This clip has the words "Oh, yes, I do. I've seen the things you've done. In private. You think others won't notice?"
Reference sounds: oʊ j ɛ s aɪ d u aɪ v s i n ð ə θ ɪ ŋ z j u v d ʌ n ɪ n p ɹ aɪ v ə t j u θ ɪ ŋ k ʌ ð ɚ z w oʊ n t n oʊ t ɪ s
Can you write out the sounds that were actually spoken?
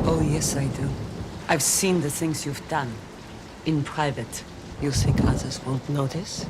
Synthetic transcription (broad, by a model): oʊ j ɛ s aɪ d u aɪ v s i n ð ə θ ɪ ŋ z j u v d ʌ n ɪ n p ɹ aɪ v ə t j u s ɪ k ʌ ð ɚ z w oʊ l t n oʊ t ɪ s